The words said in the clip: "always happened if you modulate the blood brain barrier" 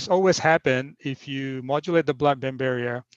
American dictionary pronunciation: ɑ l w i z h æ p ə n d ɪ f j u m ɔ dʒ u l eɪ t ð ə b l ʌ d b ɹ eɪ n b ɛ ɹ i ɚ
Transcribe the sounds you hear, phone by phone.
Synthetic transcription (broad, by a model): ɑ l w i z h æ p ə n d ɪ f j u m ɔ dʒ u l eɪ t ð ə b l ʌ d b eɪ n b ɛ ɹ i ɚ